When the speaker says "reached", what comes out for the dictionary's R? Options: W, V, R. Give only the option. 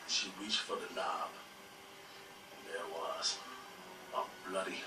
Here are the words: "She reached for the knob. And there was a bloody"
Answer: W